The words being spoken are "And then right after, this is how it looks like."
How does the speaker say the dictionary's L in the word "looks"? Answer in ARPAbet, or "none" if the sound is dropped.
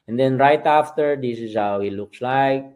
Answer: L